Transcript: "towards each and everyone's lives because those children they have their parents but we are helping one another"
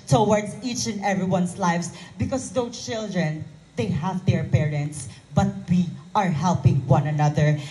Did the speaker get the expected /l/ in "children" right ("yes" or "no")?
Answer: yes